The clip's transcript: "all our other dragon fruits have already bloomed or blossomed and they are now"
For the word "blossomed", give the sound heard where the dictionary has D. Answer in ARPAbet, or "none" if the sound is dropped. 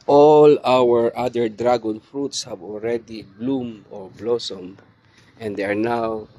none